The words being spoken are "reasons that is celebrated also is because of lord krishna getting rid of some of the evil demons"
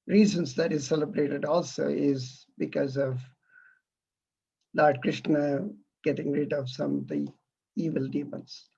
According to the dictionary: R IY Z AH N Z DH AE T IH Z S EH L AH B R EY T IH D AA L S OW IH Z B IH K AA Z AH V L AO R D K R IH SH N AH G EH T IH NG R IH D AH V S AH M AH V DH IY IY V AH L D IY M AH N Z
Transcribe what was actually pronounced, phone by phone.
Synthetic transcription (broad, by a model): R IY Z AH N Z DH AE T IH Z S EH L AH B R EY T IH D AA L S OW IH Z B IH K AA Z AH V L AO R D K R IH SH N AH G EH T IH NG R IH D AH V S AH M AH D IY IY V AH L D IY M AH N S